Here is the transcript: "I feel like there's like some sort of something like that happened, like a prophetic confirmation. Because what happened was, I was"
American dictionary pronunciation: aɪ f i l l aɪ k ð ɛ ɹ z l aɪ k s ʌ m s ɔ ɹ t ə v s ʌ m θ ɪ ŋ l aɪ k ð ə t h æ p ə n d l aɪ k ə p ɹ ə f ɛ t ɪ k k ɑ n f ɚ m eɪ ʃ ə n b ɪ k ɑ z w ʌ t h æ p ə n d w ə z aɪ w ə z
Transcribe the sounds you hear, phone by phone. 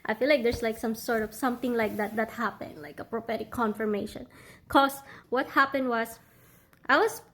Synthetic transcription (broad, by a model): aɪ f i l l aɪ k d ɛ ɹ s l aɪ k s ʌ m s ɔ ɹ t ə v s ʌ m θ ɪ ŋ l aɪ k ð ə t h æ p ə n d l aɪ k ə p ɹ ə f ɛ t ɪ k k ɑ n f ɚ m eɪ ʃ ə n k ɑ s w ʌ t h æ p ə n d w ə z aɪ w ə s